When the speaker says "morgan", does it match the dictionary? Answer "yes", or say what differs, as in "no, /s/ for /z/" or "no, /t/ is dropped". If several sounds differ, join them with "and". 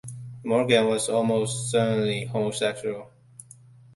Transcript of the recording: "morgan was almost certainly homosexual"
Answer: yes